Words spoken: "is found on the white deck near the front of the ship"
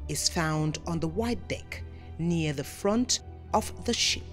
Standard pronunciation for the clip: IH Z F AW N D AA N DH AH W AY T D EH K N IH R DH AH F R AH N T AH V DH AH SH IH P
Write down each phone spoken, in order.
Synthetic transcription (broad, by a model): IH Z F AW N D N DH AH W AY T D EH K N IH R DH AH F R AH N T AH V DH AH SH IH P